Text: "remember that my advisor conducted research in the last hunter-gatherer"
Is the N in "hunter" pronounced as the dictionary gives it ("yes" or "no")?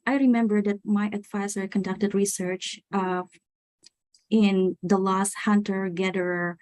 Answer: yes